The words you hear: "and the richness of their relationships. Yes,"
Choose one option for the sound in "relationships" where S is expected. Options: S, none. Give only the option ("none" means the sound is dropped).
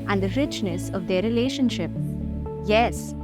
none